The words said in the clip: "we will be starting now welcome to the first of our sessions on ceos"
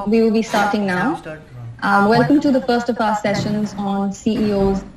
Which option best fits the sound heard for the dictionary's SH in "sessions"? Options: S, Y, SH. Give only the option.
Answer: SH